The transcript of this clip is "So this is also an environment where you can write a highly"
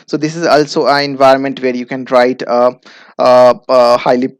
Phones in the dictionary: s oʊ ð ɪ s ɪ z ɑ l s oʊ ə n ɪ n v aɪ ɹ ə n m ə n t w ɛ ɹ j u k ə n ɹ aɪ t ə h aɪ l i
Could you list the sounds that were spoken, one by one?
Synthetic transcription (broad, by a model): s oʊ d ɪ s ɪ z ɑ l s oʊ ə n ɪ n v aɪ ɹ ə n m ə n t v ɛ ɹ j u k ə n ɹ aɪ t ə h aɪ l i